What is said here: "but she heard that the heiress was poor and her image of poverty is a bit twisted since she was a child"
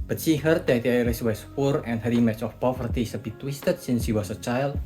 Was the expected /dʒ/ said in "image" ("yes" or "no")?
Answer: no